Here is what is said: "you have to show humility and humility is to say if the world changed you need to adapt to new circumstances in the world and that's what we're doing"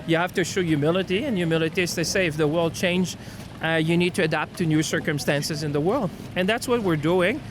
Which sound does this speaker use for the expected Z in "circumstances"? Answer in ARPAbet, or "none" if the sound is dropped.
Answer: Z